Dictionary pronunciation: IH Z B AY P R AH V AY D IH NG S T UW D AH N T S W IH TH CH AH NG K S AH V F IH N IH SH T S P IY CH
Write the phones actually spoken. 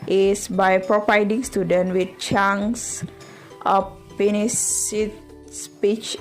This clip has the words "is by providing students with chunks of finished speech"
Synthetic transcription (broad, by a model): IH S B AY P R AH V AY D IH NG S T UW D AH N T W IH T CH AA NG S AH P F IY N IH S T S P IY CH